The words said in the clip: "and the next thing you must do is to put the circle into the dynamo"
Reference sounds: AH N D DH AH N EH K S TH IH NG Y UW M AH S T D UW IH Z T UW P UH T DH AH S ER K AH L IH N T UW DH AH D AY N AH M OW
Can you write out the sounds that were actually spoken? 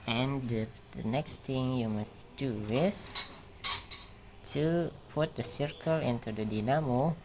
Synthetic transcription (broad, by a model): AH N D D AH N EH K S T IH NG Y UW M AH S D UW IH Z T UW P UH T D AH S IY K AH L IH N T UW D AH D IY N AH M OW